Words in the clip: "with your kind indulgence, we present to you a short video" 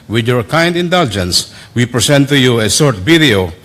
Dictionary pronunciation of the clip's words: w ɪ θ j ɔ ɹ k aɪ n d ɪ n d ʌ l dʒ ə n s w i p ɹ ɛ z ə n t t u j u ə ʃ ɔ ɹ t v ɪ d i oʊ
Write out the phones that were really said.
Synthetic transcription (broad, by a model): w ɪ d j ɔ ɹ k aɪ n d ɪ n d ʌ l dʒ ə n s w i p ɹ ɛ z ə n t t u j u ə s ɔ ɹ t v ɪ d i oʊ